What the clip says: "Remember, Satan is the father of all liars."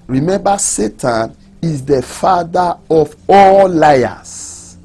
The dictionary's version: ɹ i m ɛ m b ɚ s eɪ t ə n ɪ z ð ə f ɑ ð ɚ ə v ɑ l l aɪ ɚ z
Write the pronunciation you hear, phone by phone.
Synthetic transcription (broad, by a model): ɹ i m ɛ m b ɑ s eɪ t ə n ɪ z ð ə f ɑ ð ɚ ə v ɑ l l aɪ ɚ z